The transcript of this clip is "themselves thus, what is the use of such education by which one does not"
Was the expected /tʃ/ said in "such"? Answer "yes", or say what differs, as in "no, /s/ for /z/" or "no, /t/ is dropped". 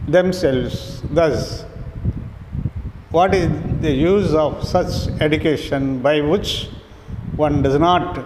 yes